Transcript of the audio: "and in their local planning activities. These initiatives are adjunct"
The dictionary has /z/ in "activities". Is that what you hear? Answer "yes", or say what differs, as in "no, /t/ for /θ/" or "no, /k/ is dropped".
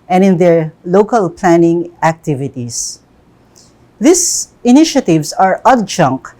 no, /s/ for /z/